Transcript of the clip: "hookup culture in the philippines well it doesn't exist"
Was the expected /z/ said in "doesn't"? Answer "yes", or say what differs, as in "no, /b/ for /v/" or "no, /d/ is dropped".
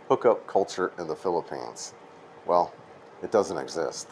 yes